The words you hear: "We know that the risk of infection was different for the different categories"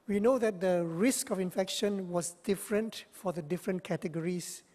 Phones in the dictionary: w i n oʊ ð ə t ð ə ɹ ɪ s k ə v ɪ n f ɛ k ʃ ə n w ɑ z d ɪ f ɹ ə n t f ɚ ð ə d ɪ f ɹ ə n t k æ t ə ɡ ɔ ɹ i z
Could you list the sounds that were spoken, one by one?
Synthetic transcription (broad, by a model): w i n oʊ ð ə t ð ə ɹ ɪ s k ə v ɪ n f ɛ k ʃ ə n w ɑ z d ɪ f ɹ ə n t f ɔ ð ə d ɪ f ɹ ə n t k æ t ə ɡ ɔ ɹ i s